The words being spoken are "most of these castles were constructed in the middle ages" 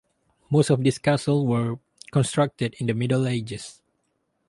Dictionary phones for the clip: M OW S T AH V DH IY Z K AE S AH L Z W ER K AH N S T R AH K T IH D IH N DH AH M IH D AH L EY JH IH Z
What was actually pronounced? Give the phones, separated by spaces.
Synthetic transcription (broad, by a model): M OW S T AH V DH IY S K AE S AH L W ER K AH N S T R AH K T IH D IH N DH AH M IH D AH L EY JH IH S